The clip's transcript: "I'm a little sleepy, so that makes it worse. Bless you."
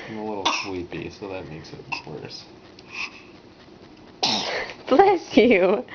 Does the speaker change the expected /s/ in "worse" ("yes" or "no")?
no